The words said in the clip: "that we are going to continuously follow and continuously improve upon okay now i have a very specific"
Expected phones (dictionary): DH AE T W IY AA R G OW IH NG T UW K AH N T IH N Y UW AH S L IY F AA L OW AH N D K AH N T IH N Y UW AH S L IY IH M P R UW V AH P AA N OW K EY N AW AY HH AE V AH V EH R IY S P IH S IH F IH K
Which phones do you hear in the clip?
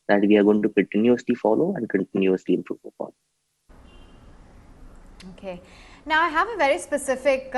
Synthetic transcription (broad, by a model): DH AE T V IY AA R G OW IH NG T UW K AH N T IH N Y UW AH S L IY F AA L OW AH N D K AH N T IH N Y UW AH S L IY IH M P R UW V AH F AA L OW K EY N AW AY HH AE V AH V EH R IY S P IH S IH F IH K